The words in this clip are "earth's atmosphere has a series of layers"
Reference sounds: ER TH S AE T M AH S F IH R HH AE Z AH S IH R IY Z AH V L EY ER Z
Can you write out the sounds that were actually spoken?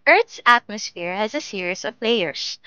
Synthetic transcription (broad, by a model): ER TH S AE T M AH S F IH R HH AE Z AH S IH R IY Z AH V L EY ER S